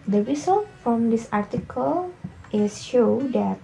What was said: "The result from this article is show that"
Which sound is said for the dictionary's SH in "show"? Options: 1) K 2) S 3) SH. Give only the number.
3